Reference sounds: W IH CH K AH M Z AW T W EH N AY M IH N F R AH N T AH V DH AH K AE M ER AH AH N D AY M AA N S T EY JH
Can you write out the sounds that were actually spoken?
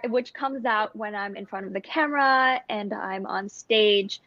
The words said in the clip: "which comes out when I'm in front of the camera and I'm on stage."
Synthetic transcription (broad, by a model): W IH CH K AH M Z AW T W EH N AY M IH N F R AH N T AH V DH AH K AE M ER AH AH N AY M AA N S T EY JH